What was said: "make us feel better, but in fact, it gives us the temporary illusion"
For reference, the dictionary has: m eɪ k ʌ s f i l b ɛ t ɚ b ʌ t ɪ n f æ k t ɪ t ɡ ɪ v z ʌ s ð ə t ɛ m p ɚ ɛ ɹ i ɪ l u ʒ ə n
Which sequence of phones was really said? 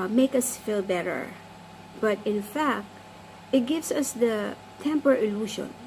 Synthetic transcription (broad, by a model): m eɪ k ʌ s f i l b ɛ t ɚ b ʌ t ɪ n f æ k t ɪ t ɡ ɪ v s ʌ s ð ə t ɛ m p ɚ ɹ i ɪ l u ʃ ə n